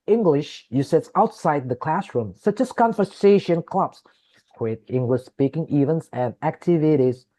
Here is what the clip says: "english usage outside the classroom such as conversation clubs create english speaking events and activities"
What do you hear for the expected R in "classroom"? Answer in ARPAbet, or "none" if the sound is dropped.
R